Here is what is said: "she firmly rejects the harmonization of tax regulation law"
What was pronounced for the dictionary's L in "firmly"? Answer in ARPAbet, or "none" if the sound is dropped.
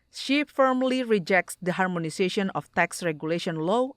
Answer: L